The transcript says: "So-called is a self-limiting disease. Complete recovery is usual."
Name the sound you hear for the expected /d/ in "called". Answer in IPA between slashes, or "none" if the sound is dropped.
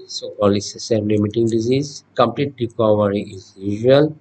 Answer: none